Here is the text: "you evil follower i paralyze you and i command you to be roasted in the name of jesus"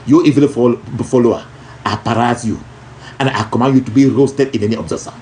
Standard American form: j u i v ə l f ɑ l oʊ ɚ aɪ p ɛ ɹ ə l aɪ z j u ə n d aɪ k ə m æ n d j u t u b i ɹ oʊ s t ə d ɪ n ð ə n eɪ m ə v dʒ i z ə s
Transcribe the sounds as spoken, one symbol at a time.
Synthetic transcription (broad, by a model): j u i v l f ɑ l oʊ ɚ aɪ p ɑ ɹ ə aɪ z j u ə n aɪ k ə m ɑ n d j u t u b i ɹ oʊ s t ə d ɪ n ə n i ə b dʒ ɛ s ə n